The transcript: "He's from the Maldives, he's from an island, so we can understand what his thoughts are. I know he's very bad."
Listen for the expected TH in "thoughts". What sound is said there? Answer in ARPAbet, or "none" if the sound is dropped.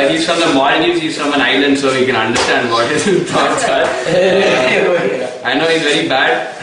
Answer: T